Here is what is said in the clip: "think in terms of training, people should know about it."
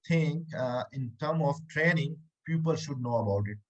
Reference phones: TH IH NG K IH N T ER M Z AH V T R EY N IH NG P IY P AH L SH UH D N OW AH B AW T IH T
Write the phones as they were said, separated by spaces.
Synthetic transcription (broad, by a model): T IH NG IH N T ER M AH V T R EY N IH NG P IY P AH L SH UH D N OW AH B AW T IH T